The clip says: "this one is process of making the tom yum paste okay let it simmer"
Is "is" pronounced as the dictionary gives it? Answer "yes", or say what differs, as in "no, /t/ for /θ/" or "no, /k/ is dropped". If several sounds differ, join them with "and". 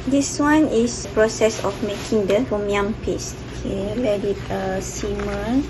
no, /s/ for /z/